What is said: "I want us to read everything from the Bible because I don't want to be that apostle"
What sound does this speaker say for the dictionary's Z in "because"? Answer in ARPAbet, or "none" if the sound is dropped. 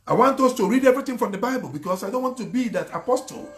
S